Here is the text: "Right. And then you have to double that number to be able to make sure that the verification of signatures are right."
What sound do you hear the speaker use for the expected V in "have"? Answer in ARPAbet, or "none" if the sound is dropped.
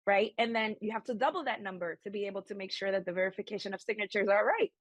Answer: F